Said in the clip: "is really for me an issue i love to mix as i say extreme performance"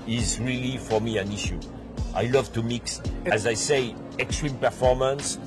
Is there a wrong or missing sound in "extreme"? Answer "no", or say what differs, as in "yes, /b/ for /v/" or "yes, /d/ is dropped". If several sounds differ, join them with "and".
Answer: no